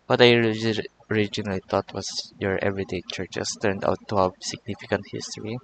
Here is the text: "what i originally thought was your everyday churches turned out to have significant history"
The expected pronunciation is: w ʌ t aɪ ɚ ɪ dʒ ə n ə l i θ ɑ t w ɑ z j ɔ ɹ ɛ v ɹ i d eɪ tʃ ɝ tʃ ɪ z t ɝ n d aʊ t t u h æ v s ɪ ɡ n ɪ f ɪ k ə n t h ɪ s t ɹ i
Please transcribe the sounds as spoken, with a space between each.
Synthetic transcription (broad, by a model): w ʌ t aɪ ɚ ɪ dʒ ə n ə l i t ɑ t w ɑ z j ɔ ɹ ɛ v ɹ i d eɪ tʃ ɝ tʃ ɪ s t ɝ n d aʊ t t u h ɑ s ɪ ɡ n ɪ f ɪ k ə n t h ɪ s t ɹ i